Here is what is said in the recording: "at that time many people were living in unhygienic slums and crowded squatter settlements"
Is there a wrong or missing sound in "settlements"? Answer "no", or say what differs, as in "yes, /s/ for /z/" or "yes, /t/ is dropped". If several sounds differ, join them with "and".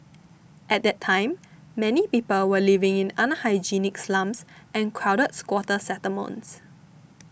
yes, /l/ is dropped